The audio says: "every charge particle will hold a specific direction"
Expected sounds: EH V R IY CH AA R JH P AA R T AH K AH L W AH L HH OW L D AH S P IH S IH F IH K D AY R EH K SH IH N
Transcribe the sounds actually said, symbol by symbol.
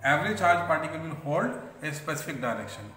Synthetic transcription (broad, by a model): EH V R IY CH AA R JH P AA R T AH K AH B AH N HH OW L D AH S P IH S IH F IH K D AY R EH K SH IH N